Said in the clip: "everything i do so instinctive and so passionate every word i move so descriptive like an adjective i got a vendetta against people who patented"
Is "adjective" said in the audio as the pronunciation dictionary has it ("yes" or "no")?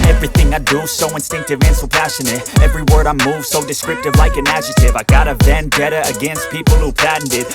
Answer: no